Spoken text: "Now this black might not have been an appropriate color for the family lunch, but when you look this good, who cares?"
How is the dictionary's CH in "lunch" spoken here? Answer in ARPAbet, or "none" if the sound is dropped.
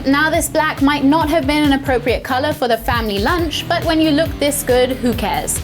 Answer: CH